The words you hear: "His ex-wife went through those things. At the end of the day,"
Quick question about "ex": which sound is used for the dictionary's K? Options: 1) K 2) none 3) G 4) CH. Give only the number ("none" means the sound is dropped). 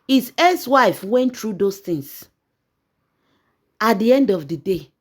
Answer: 2